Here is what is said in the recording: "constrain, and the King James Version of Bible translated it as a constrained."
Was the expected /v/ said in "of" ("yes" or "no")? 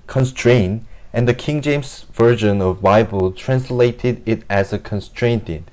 yes